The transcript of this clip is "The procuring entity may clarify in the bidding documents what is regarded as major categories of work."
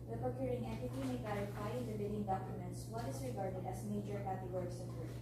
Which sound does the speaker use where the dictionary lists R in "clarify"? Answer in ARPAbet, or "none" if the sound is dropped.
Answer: none